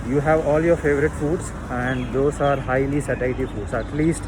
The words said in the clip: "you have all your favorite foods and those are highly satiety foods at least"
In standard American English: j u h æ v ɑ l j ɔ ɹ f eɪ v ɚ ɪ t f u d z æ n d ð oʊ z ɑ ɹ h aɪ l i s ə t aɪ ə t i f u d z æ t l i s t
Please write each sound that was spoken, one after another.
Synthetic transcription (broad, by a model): j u h æ v ɑ l j ɔ ɹ f eɪ v ɚ ɪ t f u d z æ n d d oʊ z ɑ ɹ h aɪ l i s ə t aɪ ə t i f u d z æ t l i s t